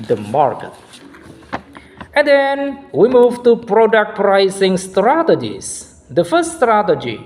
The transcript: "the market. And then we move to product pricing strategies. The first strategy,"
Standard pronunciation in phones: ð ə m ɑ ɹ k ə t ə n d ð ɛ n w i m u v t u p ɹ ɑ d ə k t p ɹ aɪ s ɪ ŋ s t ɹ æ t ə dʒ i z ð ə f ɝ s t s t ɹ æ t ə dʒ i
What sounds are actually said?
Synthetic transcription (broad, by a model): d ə m ɑ ɹ k ə t ə n d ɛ n w i m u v t u p ɹ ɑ d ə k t p ɹ aɪ s ɪ ŋ s t ɹ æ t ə dʒ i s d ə f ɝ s s t ɹ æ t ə dʒ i